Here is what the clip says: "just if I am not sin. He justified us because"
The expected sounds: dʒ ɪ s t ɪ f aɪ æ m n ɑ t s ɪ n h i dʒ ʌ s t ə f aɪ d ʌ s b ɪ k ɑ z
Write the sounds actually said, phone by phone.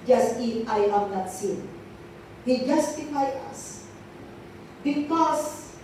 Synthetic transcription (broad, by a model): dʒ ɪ s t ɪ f aɪ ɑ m n ɑ t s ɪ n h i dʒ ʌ s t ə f aɪ ʌ s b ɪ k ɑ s